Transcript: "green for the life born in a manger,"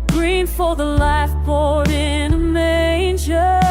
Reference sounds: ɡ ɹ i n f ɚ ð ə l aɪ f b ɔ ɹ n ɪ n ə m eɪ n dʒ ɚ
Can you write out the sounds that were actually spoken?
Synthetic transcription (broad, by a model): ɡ ɹ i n f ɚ ð ə l aɪ f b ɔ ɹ ɪ n ə m eɪ n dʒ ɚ